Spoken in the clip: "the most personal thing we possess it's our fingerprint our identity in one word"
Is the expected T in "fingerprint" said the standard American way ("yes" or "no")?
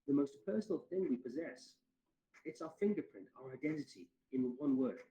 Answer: yes